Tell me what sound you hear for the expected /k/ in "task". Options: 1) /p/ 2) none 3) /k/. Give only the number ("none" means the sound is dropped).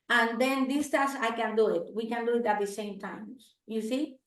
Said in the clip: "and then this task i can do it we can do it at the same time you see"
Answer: 2